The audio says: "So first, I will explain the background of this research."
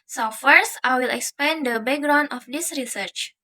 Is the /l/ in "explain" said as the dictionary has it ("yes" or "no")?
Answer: no